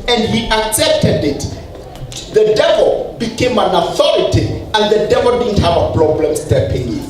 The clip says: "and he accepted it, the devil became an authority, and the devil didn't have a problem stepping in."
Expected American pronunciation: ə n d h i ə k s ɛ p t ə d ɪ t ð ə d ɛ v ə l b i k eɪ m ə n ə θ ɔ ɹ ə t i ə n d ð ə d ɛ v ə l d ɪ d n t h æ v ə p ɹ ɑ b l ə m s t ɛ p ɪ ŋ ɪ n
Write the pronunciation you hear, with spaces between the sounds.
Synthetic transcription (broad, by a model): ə n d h i ə k s ɛ p t ə d ɪ t ð ə d ɛ v ə l b i k eɪ m ə n ə θ ɔ ɹ ə t i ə n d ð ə d ɛ v ə l d ɪ d n t h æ v ə p ɹ ɑ b l ə m s t ɛ p ɪ ŋ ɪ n